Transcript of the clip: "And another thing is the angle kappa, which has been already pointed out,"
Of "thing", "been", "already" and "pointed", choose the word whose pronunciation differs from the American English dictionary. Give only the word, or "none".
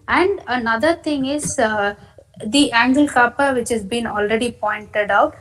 thing